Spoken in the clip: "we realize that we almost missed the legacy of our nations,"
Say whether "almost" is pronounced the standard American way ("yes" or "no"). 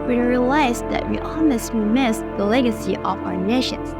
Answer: no